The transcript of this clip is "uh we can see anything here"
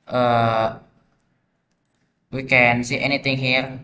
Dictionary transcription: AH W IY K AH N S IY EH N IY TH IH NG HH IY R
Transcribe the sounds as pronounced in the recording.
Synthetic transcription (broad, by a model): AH W IY K AH N S IY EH N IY T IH NG HH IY R